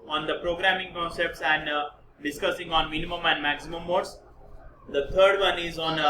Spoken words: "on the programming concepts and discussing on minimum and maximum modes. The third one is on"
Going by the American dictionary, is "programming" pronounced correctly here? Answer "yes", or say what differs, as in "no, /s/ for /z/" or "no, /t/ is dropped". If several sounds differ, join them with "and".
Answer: yes